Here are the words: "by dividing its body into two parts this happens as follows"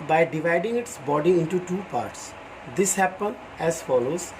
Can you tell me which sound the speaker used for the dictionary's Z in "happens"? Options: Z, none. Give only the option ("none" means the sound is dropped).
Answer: none